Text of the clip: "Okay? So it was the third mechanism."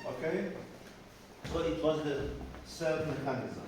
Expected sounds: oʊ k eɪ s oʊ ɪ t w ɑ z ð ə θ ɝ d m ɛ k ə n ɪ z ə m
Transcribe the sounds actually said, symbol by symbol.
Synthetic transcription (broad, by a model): oʊ k eɪ s oʊ ɪ t w ɑ z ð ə s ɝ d m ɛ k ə n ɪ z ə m